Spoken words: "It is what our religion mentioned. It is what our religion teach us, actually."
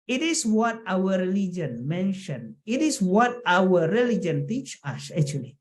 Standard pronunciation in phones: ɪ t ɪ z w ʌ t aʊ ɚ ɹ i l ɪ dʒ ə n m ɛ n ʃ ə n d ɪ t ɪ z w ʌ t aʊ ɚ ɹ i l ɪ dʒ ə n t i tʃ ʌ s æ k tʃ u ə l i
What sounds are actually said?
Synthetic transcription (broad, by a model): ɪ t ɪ s w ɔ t aʊ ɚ ɹ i l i dʒ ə n m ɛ n ʃ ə n ɪ t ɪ s w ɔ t aʊ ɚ ɹ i l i dʒ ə n t i tʃ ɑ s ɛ k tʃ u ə l i